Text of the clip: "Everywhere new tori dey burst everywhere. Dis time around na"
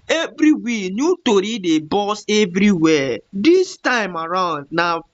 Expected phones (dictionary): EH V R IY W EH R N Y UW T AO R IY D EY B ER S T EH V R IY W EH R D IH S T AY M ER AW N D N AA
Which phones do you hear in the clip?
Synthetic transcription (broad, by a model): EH V R IY W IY N Y UW T AO R IY D EY B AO S EH V R IY W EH D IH S T AY M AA AW N D N AA